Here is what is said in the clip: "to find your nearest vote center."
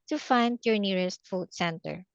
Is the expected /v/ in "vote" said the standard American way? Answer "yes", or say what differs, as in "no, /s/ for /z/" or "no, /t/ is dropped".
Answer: no, /f/ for /v/